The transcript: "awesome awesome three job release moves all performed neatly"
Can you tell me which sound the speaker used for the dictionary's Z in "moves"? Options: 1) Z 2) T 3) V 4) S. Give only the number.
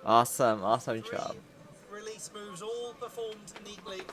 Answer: 1